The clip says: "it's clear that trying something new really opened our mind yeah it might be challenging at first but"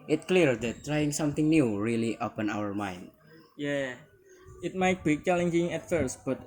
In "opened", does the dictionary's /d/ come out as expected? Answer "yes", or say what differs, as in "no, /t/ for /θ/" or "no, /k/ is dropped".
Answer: no, /d/ is dropped